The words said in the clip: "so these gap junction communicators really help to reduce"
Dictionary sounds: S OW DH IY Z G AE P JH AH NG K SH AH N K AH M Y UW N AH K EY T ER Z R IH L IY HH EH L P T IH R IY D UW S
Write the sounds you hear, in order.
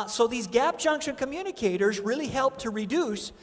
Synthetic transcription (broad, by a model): S OW DH IY Z G AE P JH AH NG K SH AH N K AH M Y UW N AH K EY T ER Z R IH L IY HH EH L P T IH R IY D UW S